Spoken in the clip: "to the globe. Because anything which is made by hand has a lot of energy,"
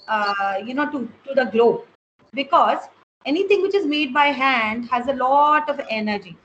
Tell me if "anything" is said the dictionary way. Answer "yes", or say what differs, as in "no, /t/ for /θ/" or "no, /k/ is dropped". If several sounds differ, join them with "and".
no, /t/ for /θ/